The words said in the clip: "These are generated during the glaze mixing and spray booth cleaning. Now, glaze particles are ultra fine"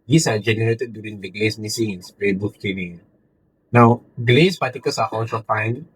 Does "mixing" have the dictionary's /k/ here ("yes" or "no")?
no